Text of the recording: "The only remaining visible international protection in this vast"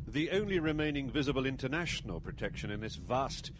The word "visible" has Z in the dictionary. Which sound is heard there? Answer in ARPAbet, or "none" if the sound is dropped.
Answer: Z